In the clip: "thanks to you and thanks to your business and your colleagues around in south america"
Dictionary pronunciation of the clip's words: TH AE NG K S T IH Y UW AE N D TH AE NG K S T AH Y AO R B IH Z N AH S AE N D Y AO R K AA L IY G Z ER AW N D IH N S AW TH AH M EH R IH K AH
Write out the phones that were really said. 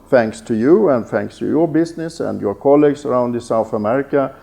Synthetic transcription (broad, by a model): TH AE NG K S T IH Y UW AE N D TH AE NG K S T AH Y AO R B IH S N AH S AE N D Y AO R K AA L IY G S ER AW N D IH S AW TH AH M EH R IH K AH